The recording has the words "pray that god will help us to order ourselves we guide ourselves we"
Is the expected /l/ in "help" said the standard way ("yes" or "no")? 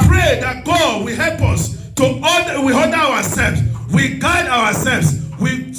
yes